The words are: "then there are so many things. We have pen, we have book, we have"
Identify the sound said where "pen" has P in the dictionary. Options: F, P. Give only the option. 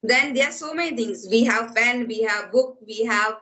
F